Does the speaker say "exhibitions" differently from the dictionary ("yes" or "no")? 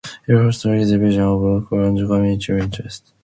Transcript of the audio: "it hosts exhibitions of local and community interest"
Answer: yes